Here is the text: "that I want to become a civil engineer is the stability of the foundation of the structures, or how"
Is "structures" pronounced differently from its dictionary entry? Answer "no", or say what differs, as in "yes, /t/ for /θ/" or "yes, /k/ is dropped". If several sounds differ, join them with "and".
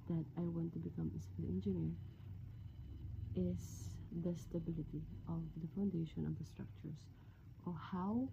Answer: yes, /s/ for /z/